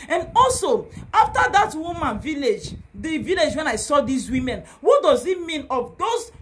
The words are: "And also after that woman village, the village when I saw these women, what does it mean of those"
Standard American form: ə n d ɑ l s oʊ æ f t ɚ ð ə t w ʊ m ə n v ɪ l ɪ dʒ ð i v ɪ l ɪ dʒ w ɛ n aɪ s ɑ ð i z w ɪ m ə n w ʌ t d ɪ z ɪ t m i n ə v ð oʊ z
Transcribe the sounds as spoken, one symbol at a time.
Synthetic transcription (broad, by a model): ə n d ɑ l s oʊ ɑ f t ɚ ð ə t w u m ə n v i l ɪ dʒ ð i v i l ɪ dʒ w ɛ n aɪ s ɑ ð i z w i m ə n w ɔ t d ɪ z ɪ t m i n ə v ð oʊ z